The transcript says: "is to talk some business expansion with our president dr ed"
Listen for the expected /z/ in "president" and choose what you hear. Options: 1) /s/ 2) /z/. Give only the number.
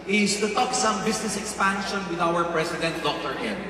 1